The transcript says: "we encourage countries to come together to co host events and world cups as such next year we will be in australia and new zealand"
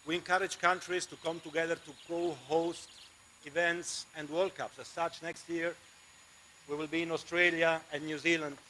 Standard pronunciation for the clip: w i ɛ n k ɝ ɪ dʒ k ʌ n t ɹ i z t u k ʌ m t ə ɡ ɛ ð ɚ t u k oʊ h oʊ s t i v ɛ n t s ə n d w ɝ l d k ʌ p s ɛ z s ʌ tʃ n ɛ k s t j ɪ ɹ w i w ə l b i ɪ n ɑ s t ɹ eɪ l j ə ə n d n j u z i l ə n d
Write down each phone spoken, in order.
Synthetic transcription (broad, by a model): w i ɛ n k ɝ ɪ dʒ k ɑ n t ɹ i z t u k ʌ m t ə ɡ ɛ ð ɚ t u k oʊ h oʊ s t i v ɛ n t s ə n d w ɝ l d k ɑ p s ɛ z s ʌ tʃ n ɛ k s t j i ɹ w i w ə l b i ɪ n ɑ s t ɹ eɪ l j ə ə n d n j u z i l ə n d